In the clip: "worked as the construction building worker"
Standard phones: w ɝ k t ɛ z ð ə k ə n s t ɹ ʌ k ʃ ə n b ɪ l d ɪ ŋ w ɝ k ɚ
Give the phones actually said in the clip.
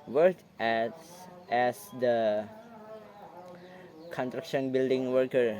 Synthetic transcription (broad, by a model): w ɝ k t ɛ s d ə k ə n t ɹ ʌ k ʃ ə n b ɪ l d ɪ ŋ w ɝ k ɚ